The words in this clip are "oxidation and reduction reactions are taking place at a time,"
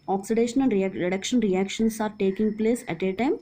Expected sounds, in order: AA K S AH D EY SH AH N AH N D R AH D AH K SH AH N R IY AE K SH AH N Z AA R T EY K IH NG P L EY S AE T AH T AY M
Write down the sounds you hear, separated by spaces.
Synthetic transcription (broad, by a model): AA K S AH D EY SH AH N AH L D R AH D AH K SH AH N R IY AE K SH AH N S AA R T EY K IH NG P L EY S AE T AH T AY M